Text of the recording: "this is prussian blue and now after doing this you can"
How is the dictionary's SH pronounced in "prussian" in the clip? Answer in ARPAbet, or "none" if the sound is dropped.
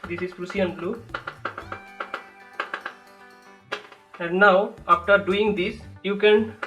S